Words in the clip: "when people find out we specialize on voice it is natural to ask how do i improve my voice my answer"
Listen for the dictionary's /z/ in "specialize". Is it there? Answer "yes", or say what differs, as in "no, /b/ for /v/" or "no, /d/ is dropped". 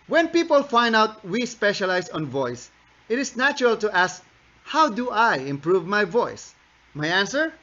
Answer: no, /s/ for /z/